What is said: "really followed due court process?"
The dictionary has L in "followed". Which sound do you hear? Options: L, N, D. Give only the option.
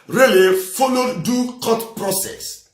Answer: N